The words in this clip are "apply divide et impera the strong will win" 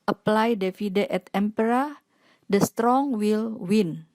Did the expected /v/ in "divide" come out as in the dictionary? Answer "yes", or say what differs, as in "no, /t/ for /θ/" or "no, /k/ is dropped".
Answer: no, /f/ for /v/